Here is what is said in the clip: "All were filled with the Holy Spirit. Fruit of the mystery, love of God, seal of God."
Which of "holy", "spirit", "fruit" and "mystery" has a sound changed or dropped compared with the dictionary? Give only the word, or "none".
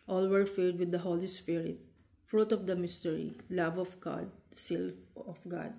none